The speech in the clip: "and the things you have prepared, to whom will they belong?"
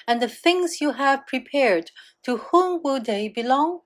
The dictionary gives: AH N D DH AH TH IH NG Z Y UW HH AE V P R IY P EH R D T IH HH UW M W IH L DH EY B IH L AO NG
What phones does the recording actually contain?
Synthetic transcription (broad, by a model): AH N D DH AH TH IH NG Z Y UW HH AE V P R IY P EH R D T IH HH UW M W IH L DH EY B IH L AO NG